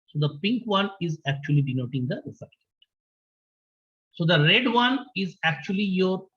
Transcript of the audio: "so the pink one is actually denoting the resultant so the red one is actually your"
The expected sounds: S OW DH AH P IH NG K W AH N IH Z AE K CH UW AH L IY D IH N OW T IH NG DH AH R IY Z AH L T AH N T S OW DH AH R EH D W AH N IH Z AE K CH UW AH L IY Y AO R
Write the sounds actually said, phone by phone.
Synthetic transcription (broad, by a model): S OW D AH P IH NG K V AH N IH Z AE K CH UW AH L IY D IH N OW T IH NG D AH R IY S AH T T S OW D AH R EH D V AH N IH Z AE K CH UW AH L IY Y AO R